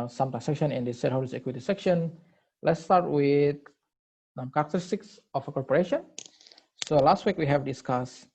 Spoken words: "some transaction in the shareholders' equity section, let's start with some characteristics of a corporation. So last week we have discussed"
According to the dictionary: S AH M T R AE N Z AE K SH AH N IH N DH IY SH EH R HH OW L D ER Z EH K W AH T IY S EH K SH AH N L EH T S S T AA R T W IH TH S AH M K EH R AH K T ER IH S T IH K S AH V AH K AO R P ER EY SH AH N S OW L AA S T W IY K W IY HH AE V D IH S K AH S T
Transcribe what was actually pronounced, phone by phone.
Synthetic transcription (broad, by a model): S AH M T AE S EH K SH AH N IH N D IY S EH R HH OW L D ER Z EH K W AH T IY S EH K SH AH N L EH T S S T AA R T W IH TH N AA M K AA R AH K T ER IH S T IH K S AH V AH K AO R P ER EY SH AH N S OW L AA S T W IY K W IY HH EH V D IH S K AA S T